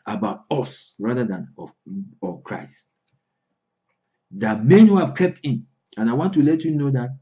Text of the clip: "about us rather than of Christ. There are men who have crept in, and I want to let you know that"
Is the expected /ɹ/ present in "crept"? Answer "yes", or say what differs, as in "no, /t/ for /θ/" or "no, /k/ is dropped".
no, /ɹ/ is dropped